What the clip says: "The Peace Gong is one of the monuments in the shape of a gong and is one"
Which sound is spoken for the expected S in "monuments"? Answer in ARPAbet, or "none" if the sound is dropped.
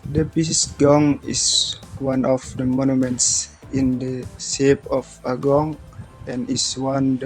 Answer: S